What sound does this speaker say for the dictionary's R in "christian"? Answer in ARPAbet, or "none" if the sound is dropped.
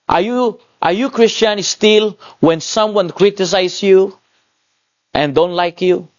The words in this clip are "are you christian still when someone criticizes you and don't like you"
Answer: R